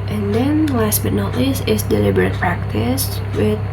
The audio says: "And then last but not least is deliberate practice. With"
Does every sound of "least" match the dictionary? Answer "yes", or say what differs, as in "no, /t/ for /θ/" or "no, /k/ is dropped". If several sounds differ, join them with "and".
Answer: no, /t/ is dropped